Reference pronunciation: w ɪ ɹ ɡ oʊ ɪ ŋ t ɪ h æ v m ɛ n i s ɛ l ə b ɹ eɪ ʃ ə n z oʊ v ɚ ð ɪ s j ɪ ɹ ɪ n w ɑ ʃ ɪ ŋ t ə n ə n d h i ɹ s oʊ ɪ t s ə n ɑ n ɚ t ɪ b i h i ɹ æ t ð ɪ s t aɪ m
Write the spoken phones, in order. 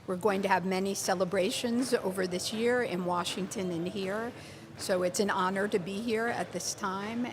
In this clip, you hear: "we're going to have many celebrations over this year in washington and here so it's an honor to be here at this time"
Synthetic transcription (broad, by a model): w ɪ ɹ ɡ oʊ ɪ ŋ t ɪ v m ɛ n i s ɛ l ə b ɹ eɪ ʃ ə n z oʊ v ɚ ð ɪ s j ɪ ɹ ɪ n w ɑ ʃ ɪ ŋ t ə n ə n h i ɹ s oʊ ɪ t s ə n ɑ n ɚ t ɪ b i h i ɹ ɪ t ð ɪ s t aɪ m